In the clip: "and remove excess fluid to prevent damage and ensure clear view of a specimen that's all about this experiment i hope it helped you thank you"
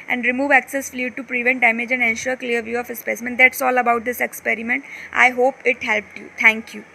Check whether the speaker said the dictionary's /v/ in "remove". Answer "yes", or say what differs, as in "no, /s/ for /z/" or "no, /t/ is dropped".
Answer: yes